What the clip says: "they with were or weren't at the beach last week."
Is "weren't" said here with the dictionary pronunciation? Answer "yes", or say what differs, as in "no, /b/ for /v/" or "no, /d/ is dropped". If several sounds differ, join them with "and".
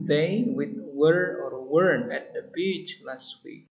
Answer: no, /t/ is dropped